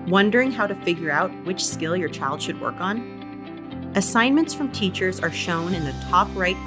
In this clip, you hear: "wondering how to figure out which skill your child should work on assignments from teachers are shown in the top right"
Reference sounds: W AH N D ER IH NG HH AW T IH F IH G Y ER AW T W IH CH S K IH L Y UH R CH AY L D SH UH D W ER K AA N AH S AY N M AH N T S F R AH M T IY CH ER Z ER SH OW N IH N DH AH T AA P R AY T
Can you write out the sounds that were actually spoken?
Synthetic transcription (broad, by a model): W AH N D ER IH NG HH AW T IH F IH G Y ER AW T W IH CH S K IH L Y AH R CH AY L D SH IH D W ER K N AH S AY N M AH N T S F R AH M T IY CH ER Z ER SH OW N IH N DH AH T AA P R AY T